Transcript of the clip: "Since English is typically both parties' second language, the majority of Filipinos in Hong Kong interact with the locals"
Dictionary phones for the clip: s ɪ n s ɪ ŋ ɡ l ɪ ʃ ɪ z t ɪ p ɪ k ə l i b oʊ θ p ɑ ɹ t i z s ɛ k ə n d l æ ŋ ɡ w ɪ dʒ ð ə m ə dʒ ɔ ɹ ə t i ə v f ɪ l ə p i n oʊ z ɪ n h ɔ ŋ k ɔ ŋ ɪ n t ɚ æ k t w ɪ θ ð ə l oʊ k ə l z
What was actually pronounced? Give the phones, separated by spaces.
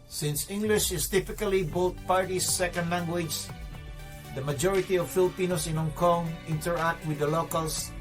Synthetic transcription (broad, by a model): s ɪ n s ɪ ŋ ɡ l ɪ ʃ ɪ s t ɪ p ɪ k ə l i b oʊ t p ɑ ɹ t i s ɛ k ə n d l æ ŋ ɡ w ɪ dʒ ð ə m ə dʒ ɔ ɹ ə t i ə v f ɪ l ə p i n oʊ s ɪ n h ɔ ŋ k ɔ ŋ ɪ n t ɚ æ k t w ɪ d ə l oʊ k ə l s